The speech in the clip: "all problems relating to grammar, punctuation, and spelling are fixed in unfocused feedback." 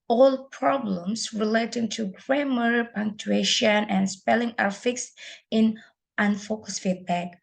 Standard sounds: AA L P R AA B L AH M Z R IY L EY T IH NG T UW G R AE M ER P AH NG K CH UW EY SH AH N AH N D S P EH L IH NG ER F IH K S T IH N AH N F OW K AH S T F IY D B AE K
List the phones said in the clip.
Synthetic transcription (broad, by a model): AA L P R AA B L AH M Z R IY L EY T IH NG T UW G R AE M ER P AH NG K CH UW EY SH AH N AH N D S P EH L IH NG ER F IH K S T IH N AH N F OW K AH S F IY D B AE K